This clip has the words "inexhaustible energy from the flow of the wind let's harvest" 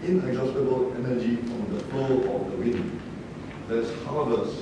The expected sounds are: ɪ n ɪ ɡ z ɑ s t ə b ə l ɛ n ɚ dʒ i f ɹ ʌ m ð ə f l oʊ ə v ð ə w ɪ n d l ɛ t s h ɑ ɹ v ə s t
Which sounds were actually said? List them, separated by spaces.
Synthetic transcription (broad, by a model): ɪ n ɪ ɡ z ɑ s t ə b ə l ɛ n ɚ dʒ i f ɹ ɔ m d ə p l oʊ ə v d ə w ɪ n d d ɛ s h ɑ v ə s